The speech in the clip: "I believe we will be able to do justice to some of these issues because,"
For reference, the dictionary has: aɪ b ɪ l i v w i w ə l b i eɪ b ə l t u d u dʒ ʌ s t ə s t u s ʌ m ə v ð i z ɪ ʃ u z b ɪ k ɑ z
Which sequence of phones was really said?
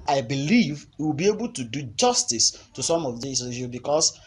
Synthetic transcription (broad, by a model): aɪ b ɪ l i v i w ə l b i eɪ b ə l t u d u dʒ ʌ s t ə s t u s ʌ m ə v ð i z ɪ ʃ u b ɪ k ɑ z